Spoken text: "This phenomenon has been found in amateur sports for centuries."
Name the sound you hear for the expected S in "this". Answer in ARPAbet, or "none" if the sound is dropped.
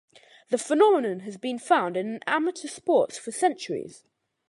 none